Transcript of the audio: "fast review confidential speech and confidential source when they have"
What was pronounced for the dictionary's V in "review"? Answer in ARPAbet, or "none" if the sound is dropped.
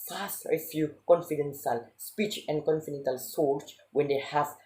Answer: F